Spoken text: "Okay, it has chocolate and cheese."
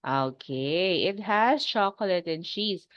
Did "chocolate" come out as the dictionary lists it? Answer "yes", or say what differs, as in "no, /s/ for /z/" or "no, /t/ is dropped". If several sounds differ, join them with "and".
yes